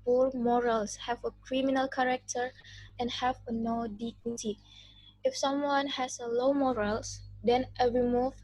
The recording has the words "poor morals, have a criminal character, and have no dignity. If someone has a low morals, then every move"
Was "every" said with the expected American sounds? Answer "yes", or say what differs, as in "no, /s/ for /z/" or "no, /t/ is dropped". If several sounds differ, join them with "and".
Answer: no, /v/ is dropped